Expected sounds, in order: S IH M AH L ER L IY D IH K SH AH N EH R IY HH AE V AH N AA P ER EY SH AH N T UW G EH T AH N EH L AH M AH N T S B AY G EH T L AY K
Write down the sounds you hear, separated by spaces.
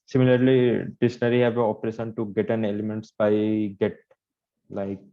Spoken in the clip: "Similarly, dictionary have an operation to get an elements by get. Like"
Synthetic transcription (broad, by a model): S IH M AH L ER L IY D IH SH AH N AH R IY HH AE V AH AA P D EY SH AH N T UW G EH T AH N EH L AH M AH N T S B AY G EH T L AY K